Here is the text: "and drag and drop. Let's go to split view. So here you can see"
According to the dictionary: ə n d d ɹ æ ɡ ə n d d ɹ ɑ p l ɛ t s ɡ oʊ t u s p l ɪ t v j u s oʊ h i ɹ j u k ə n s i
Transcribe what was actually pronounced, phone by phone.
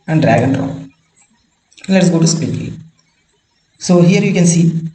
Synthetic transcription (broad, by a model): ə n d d ɹ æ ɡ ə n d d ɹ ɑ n l ɛ t s ɡ oʊ t u s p ɪ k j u s oʊ h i ɹ j u k ə n s i